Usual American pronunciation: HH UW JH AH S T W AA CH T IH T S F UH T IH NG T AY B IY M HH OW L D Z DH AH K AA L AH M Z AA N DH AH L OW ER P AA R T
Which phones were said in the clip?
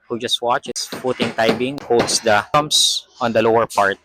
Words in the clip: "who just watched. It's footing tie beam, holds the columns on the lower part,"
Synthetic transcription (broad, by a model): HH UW JH AH S T W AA CH IH S F UH T IH NG T AY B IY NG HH OW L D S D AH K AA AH M S AA N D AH L OW ER P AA R T